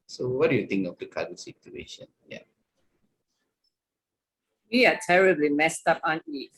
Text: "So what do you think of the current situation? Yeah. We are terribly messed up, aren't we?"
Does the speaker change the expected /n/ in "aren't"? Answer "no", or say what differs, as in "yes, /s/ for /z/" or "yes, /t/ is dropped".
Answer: yes, /n/ is dropped